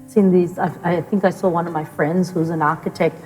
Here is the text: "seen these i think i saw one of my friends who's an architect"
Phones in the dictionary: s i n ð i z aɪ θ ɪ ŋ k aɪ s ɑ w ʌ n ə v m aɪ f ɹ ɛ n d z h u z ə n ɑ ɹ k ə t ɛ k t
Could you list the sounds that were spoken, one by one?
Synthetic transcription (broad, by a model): s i n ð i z aɪ θ ɪ ŋ k aɪ s ɑ w ʌ n ə v m aɪ f ɹ ɛ n d z h u z ə n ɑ ɹ k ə t ɛ k t